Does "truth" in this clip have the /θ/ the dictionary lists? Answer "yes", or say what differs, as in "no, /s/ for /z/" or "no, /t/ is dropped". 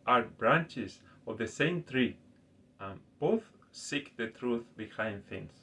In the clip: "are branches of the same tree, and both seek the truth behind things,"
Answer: yes